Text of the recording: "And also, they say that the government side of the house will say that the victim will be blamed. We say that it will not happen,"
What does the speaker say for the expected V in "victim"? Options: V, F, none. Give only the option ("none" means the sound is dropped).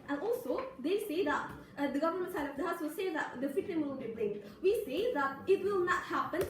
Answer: F